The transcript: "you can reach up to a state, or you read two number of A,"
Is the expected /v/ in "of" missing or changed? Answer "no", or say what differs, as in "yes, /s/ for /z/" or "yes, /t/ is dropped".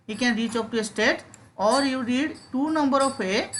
yes, /p/ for /v/